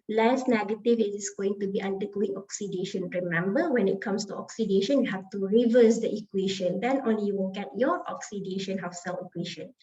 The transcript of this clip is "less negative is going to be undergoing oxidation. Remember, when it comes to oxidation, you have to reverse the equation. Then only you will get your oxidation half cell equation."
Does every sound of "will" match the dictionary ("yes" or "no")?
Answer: no